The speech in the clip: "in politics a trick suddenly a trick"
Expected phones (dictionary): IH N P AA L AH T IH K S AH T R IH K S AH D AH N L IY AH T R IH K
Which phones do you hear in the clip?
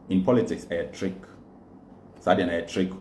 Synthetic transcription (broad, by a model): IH N P AA L AH T IH K S AH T R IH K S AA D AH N IY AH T R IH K